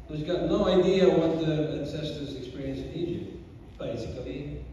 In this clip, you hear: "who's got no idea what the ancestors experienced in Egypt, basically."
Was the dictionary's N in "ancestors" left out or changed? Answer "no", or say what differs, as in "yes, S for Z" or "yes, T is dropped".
no